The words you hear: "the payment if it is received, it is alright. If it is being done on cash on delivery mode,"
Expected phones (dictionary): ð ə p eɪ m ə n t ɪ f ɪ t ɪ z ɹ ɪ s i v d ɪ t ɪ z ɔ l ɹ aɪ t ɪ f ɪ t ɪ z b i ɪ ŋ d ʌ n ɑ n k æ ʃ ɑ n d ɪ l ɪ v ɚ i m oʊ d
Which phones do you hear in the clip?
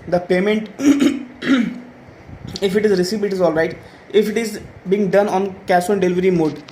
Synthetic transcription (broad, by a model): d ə p eɪ m ə n t ɪ f ɪ t ɪ z ɹ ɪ s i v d ɪ t ɪ z ɔ l ɹ aɪ t ɪ f ɪ t ɪ z b i ɪ ŋ d ʌ n ɑ n k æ s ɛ n d ɪ l ɪ v ɚ i m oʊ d